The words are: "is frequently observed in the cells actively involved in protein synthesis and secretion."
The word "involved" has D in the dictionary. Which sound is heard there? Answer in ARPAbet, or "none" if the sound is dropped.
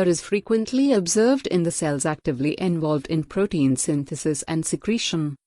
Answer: D